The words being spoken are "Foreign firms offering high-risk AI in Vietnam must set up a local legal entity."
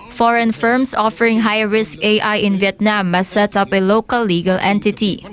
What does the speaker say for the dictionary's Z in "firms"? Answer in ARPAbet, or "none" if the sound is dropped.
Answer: S